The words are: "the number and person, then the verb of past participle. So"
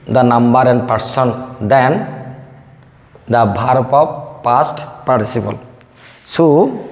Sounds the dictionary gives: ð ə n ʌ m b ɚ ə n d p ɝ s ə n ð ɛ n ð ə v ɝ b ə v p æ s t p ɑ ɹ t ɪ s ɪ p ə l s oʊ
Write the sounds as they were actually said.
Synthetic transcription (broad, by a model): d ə n ʌ m b ɚ ə n d p ɝ s ə n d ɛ n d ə b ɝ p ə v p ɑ s t p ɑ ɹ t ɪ s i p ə l s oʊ